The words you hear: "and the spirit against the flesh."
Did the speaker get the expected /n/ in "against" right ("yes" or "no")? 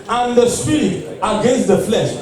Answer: yes